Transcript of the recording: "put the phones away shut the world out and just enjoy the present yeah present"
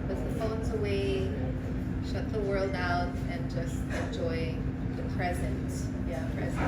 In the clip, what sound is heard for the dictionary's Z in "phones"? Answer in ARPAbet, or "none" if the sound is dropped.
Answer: Z